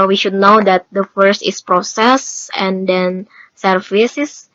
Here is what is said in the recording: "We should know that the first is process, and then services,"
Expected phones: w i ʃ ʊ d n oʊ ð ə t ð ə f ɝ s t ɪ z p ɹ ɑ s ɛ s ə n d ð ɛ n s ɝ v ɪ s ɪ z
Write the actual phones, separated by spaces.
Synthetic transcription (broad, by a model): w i ʃ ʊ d n oʊ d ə t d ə f ɝ s t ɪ s p ɹ ɑ s ɛ s ə n d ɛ n s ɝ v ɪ s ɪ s